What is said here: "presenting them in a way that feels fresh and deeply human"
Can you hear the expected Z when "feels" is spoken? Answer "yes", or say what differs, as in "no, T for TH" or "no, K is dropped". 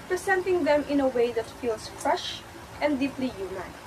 no, S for Z